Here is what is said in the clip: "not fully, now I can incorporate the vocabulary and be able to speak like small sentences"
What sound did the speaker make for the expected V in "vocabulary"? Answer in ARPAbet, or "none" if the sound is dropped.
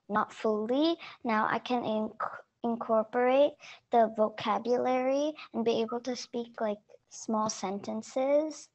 V